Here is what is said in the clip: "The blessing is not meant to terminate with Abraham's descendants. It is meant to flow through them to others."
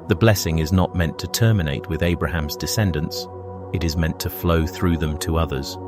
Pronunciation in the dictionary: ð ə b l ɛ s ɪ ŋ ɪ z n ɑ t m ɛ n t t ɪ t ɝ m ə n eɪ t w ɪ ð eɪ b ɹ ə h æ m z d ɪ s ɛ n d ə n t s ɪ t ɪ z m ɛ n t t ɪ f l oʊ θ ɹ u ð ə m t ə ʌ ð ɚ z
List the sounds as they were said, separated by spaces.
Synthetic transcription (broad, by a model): ð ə b l ɛ s ɪ ŋ ɪ z n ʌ t m ɛ n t t ɪ t ɝ m ə n eɪ t w ɪ ð eɪ b ɹ ə h æ m z d ɪ s ɛ n d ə n s ɪ t ɪ z m ɛ n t t ɪ f l oʊ θ ɹ u ð ə m t ə ʌ ð ɚ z